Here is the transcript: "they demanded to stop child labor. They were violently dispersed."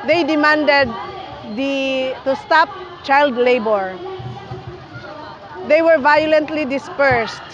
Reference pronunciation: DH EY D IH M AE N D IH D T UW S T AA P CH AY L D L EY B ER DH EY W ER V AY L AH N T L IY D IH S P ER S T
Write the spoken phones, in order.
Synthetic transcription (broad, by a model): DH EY D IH M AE N D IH D T UW S T AA P CH AY L D L EY B ER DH EY W ER V AY L AH N T L IY D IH S P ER S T